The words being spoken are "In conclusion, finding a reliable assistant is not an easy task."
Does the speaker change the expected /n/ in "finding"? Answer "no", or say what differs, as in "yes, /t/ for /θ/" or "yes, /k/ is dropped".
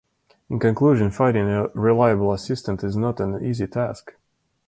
yes, /n/ is dropped